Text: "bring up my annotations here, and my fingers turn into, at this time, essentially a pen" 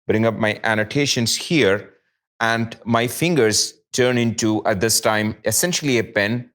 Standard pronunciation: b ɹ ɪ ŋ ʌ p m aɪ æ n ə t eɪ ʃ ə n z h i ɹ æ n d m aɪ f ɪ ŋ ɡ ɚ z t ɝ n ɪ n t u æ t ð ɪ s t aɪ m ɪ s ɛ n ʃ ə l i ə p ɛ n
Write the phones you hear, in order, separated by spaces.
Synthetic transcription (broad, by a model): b ɹ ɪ ŋ ʌ p m aɪ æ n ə t eɪ ʃ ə n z h i ɹ æ n d m aɪ f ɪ ŋ ɡ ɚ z t ɝ n ɪ n t u æ t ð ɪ s t aɪ m ɪ s ɛ n ʃ ə l i ə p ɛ n